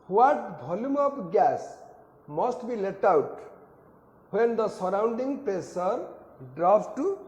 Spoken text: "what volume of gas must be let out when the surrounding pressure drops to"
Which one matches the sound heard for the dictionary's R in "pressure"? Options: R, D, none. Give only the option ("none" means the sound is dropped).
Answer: none